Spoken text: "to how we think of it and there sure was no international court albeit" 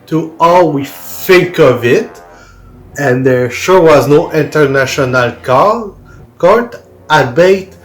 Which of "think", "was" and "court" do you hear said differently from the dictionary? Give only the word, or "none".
think